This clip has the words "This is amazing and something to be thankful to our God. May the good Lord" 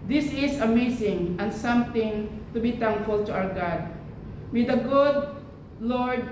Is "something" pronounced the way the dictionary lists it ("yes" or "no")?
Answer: no